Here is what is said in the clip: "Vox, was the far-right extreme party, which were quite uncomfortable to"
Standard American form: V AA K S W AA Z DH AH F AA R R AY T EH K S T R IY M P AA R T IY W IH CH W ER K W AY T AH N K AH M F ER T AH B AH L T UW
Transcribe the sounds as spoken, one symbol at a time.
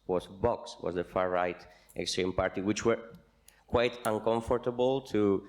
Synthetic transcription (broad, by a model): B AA K S W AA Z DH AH F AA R R AY T EH K S T R IY M P AA R T IY W IH CH W ER K W AY T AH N K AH M F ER T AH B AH L T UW